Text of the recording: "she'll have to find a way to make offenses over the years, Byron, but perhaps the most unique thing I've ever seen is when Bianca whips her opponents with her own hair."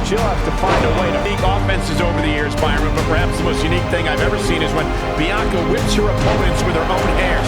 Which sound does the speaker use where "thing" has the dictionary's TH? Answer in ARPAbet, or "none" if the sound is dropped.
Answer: TH